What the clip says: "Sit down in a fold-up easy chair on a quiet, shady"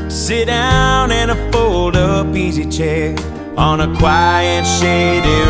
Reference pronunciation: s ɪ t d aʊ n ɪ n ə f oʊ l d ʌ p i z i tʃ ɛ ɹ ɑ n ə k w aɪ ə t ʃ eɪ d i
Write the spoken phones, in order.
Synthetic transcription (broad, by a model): s ɪ t d aʊ n ɪ n ə f oʊ l d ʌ b i z i tʃ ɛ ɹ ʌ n ə k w aɪ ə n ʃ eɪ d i